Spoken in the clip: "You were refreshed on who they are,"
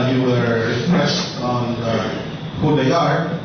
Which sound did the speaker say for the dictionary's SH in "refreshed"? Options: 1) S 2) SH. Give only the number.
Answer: 1